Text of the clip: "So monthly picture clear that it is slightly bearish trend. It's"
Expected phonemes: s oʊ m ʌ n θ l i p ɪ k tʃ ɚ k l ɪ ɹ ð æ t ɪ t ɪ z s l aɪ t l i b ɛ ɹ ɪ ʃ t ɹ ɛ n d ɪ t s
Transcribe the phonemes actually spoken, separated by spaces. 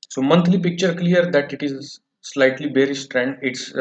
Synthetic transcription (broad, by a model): s oʊ m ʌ n t l i p ɪ k tʃ ɚ k l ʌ ɹ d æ t ɪ t ɪ z s l aɪ t l i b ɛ ɹ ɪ s t ɹ ɛ n d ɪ t s